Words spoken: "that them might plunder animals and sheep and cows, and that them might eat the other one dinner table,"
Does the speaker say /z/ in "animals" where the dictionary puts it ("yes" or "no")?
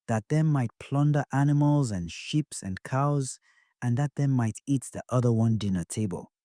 yes